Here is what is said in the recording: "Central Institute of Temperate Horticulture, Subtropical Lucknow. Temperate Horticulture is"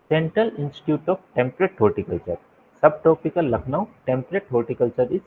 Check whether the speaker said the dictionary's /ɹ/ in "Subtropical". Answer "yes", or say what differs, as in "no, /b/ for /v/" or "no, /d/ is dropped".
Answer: no, /ɹ/ is dropped